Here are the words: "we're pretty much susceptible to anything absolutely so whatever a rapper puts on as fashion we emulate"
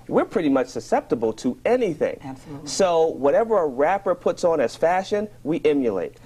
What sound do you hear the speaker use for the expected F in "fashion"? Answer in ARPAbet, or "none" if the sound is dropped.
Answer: F